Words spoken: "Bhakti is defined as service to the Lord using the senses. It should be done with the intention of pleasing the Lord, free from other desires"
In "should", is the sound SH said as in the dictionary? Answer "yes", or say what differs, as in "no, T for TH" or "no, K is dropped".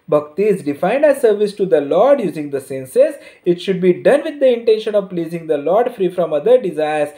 yes